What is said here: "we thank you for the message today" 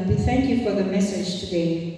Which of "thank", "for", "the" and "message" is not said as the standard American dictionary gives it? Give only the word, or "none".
none